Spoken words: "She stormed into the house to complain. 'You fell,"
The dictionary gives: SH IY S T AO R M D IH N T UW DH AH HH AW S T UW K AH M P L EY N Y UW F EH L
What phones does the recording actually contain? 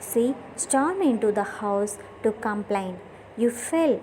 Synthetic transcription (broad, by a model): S IY S T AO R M IH N T UW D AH HH AW S T UW K AH M P L EY N Y UW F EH L